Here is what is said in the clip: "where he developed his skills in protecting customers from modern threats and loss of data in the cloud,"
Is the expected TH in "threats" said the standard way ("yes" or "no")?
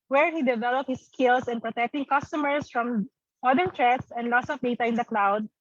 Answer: no